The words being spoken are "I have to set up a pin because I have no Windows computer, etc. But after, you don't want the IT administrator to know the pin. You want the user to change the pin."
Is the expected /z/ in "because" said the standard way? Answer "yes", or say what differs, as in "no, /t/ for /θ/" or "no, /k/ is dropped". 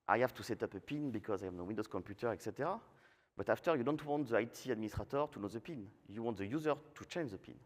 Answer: yes